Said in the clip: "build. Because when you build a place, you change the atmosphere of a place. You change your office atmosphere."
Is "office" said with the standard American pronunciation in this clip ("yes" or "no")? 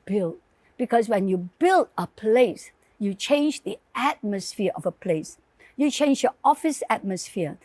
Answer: yes